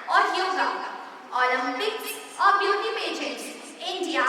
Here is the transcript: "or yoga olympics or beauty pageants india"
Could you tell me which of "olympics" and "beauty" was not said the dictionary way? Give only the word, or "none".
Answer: olympics